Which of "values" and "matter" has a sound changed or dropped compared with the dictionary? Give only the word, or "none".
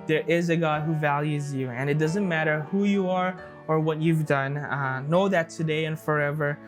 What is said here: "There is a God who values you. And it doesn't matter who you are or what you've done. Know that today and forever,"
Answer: none